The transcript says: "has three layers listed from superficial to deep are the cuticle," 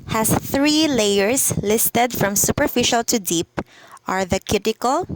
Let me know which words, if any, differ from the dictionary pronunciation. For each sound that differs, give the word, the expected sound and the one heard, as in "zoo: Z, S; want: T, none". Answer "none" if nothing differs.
layers: Z, S